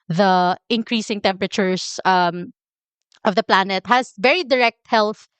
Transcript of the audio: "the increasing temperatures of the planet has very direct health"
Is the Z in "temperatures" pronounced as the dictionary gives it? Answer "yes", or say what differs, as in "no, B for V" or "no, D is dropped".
no, S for Z